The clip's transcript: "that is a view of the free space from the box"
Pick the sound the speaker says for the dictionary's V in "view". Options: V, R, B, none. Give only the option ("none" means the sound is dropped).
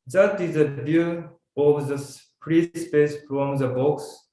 B